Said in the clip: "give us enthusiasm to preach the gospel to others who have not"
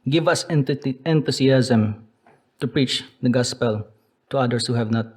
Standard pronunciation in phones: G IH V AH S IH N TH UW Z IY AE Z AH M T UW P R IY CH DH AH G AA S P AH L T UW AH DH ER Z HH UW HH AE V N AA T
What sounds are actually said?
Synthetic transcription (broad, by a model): G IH V AH S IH N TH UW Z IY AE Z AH M T UW P R IY CH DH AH G AA S P AH L T UW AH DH ER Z HH UW HH AE V N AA T